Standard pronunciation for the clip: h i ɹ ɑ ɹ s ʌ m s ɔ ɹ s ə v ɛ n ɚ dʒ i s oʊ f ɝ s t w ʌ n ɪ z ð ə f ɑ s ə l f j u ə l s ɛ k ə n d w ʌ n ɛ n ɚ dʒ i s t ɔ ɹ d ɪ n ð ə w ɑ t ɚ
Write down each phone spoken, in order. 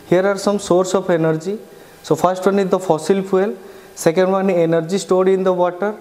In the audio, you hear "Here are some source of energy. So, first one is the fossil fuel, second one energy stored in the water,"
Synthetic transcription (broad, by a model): h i ɹ ɑ ɹ s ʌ m s ɔ ɹ s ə p ɛ n ɚ dʒ i s oʊ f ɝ s t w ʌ n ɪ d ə f ɑ s ə l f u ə l s ɛ k ə n d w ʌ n ɛ n ɚ dʒ i s t ɔ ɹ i ɪ n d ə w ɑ t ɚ